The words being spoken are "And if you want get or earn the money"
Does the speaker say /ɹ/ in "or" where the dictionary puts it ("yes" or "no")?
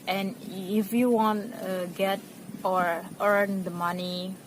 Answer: yes